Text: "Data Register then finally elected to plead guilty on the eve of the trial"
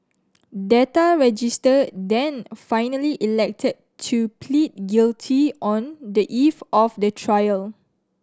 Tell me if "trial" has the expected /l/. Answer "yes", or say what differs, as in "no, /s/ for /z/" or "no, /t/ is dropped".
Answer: yes